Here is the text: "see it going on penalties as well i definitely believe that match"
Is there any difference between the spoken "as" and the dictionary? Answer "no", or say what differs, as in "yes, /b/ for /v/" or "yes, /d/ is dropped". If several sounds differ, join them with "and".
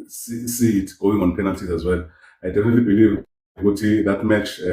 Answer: no